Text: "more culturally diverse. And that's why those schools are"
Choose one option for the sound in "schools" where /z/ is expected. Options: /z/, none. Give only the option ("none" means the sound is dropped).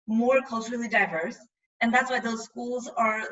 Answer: /z/